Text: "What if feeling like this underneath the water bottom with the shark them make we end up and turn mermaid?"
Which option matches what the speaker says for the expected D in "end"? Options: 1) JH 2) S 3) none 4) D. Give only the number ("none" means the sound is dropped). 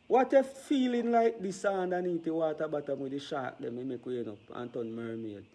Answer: 3